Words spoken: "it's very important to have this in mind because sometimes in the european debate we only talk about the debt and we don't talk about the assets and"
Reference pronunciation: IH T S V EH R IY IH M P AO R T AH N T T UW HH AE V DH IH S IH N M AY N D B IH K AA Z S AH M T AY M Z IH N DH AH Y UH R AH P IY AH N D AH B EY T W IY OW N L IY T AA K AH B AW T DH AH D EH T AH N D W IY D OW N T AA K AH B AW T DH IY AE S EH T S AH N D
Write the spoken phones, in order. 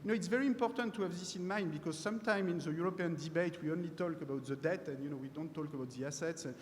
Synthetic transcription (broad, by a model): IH T S V EH R IY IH M P AO R T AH N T T UW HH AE V DH IH S IH N M AY N D B IH K AA Z S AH M T AY M IH N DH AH Y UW R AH P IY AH N D AH B EY T W IY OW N L IY T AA K AH B AW T DH AH D EH T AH N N W IY D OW N T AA K AH B AW T DH IY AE S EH T S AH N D